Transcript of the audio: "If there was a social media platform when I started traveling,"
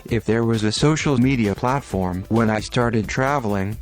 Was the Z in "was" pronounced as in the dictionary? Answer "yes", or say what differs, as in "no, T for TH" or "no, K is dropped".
yes